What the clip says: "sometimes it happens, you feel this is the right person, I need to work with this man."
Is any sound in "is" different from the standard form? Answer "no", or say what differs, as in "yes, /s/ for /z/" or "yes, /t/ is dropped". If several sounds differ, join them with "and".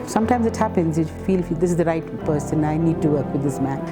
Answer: no